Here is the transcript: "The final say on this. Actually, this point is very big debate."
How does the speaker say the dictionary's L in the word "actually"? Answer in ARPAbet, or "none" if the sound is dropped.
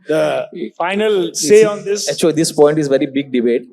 none